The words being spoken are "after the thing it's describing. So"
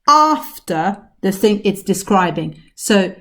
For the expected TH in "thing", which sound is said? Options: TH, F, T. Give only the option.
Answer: TH